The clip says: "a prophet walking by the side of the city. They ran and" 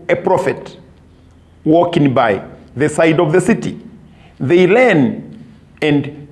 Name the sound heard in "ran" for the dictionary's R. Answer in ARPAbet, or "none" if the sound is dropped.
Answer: L